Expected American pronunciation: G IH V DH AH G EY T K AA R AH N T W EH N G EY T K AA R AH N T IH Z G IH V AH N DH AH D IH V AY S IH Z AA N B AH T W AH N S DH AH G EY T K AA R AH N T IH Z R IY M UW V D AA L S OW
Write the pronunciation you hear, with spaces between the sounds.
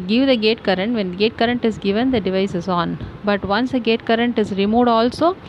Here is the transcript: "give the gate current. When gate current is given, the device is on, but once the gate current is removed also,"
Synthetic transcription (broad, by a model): G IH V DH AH G EY T K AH R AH N T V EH N G EY T K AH R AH N T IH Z G IH V AH N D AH D IH V AY S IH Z AA N B AH T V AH N S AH G EY T K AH R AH N T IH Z R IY M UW D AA L S OW